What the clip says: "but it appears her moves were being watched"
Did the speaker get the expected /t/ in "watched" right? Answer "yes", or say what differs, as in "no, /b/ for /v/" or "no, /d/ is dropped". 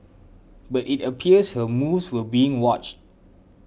yes